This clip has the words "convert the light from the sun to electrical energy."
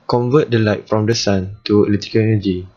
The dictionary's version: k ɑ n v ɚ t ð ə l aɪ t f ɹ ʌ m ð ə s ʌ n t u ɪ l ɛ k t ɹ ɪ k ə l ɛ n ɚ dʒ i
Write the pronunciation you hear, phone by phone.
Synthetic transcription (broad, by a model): k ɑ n v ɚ t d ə l aɪ t f ɹ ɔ m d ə s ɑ n t u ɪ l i t ɪ k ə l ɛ n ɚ dʒ i